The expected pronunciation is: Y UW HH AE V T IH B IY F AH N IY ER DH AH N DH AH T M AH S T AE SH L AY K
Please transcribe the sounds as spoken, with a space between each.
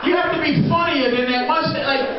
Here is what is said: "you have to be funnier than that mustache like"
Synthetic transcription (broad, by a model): Y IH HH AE F T IH B IY F AH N IY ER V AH N DH AH T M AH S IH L AY K